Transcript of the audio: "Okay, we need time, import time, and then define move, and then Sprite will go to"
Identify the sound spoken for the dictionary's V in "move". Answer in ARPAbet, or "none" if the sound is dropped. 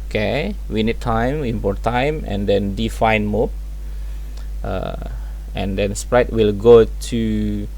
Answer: P